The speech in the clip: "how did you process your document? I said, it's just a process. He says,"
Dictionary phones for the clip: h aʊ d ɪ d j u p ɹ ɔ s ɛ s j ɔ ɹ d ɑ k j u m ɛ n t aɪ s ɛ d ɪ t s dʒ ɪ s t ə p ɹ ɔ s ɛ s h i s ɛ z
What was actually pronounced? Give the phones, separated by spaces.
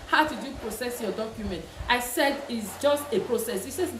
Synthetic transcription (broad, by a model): h aʊ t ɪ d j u p ɹ ɔ s ɛ s j ɔ d ɑ k j u m ɛ n t aɪ s ɛ d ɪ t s dʒ ɪ s t ə p ɹ ɔ s ɛ s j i s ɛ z